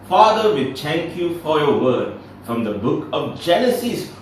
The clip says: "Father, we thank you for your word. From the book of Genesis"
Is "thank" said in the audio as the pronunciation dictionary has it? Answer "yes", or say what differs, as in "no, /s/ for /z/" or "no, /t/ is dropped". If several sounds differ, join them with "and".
no, /t/ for /θ/